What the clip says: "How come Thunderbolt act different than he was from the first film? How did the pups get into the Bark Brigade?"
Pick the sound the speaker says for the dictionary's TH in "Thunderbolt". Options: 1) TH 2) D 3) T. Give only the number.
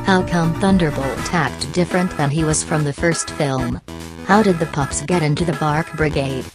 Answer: 1